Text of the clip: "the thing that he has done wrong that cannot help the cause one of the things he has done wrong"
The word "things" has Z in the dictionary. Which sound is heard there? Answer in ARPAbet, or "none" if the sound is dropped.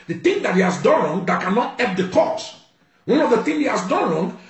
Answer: none